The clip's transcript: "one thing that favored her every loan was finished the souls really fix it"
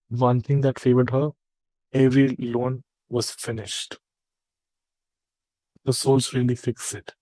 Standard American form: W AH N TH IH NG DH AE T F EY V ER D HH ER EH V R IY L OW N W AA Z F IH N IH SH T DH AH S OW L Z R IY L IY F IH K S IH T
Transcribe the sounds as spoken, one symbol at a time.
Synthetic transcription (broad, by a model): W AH N T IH NG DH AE T F EY V ER D HH ER EH V R IY L OW N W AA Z F IH N IH SH T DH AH S OW L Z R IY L IY F IH K S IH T